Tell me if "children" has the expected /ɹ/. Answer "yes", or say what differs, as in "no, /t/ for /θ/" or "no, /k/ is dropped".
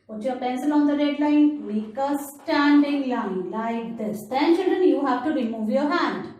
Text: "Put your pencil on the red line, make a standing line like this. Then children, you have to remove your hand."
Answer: no, /ɹ/ is dropped